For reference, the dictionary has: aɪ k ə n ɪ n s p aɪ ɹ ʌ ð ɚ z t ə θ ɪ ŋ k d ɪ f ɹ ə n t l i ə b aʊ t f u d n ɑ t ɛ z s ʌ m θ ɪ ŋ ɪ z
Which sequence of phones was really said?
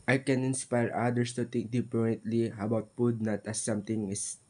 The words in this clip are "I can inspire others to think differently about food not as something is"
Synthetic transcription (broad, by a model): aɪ k ə n ɪ n s p aɪ ɹ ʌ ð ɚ s t ə t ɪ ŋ k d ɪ p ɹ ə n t l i ə b aʊ t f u d n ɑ t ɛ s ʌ m t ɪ ŋ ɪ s